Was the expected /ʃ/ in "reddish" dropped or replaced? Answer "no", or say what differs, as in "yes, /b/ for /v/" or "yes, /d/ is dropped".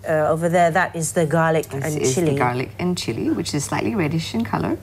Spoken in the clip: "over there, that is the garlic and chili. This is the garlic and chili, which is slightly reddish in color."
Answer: no